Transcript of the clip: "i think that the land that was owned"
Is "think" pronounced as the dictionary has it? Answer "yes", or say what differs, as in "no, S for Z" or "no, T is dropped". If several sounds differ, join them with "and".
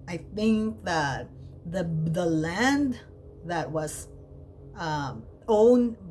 yes